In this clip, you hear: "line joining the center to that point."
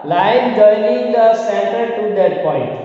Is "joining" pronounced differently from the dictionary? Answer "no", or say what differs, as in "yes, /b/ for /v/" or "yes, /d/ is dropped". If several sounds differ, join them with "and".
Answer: yes, /l/ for /n/